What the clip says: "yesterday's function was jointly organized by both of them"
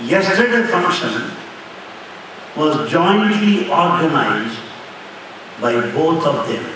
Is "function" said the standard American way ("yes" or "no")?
yes